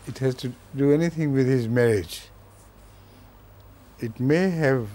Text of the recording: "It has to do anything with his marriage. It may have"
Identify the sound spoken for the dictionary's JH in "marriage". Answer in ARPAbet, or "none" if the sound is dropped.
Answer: JH